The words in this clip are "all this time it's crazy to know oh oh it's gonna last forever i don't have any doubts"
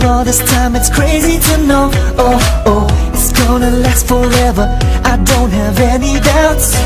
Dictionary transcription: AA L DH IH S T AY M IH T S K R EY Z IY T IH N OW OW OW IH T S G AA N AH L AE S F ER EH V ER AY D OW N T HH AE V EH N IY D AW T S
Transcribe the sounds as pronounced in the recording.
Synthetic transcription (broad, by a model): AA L DH IH S T AY M IH T S K R EY Z IY T IH N OW OW OW IH T S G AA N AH L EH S F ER EH V ER AY D OW N T HH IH V EH N IY D AW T S